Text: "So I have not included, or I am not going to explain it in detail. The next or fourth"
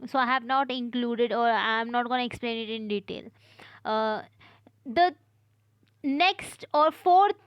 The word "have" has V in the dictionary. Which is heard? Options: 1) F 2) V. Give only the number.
2